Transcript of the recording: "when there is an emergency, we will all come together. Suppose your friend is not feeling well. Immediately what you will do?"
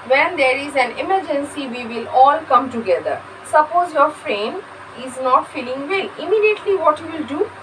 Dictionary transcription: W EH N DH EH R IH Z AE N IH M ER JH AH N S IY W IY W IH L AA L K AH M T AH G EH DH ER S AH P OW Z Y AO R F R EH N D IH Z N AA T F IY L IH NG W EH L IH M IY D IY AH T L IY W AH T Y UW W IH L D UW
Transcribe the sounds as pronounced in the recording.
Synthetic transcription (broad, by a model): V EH N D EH R IH Z AE N IH M ER JH AH N S IY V IY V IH L AA L K AH M T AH G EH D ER S AH P OW Z Y AO R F R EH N IH Z N AA T F IY L IH NG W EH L IH M IY D IY AH T L IY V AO T Y UW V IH L D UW